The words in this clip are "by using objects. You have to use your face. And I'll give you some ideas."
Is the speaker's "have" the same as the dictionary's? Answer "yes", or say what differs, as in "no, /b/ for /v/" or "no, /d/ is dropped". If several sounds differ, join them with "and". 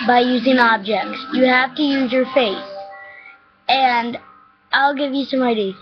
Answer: no, /f/ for /v/